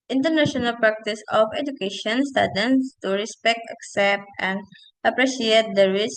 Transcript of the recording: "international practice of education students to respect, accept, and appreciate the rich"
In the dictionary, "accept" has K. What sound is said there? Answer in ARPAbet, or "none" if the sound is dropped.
K